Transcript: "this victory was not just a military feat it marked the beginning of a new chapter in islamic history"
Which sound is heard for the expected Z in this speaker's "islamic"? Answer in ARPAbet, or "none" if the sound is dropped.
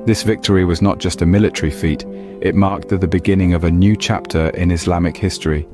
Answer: Z